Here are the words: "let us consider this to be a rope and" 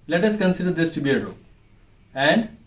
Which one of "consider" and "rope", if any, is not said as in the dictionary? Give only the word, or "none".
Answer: rope